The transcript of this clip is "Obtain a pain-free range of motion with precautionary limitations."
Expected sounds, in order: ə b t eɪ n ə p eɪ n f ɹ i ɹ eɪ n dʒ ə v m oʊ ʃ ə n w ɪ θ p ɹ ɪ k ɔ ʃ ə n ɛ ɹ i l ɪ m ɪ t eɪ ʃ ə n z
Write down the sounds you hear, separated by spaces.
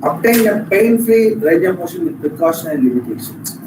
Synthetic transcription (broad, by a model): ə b t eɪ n ə p eɪ n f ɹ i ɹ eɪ dʒ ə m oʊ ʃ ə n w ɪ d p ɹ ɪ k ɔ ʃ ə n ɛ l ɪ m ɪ t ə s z